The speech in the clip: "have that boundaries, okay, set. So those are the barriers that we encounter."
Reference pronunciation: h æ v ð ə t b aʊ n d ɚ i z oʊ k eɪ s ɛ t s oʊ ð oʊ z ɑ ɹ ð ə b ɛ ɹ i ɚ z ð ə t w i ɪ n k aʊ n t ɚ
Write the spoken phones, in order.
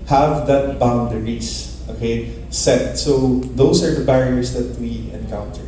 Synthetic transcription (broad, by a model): h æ v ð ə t b aʊ n d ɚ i s oʊ k eɪ s ɛ t s oʊ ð oʊ s ɑ ɹ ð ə b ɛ ɹ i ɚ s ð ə t w i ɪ n k aʊ n t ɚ